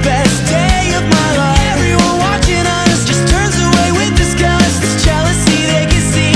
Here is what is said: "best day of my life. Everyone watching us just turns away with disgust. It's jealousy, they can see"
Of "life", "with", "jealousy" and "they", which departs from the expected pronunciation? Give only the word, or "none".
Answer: life